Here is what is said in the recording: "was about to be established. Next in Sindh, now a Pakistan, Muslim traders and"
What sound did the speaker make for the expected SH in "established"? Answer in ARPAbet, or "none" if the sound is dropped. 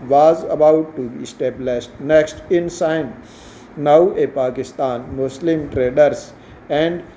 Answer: S